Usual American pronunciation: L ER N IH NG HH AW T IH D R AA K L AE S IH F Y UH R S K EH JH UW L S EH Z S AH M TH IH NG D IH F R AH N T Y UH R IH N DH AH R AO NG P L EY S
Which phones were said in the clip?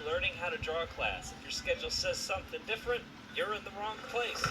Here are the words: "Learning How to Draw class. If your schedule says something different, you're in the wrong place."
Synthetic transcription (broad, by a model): L ER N IH NG HH AW T IH D R AA K L AE S IH F Y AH R S K EH JH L S EH Z S AH M TH IH NG D IH F R AH N T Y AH R IH N DH AH R AO NG P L EY S